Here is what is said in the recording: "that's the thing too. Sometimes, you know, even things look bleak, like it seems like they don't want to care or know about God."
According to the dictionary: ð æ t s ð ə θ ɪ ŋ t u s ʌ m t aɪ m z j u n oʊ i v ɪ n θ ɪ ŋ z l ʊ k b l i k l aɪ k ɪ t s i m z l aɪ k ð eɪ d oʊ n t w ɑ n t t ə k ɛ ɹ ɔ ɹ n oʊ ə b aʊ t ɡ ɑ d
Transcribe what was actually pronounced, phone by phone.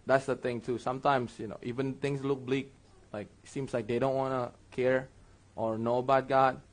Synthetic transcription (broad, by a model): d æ t s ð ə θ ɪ ŋ t u s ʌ m t aɪ m s j u n oʊ i v ɪ n t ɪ ŋ s l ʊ k b l i k l aɪ k ɪ t s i m s l aɪ k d eɪ d oʊ n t w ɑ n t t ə k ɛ ɹ ɔ ɹ n oʊ ə b aʊ t ɡ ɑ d